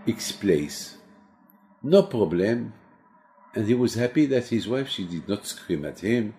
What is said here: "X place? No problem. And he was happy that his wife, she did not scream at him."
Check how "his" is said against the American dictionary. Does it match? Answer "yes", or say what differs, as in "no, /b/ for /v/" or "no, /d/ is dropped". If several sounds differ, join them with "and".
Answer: yes